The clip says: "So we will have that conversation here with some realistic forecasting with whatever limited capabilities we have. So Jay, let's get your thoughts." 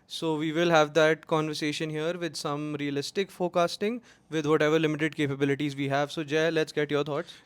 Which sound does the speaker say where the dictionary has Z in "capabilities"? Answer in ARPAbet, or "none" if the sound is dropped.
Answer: Z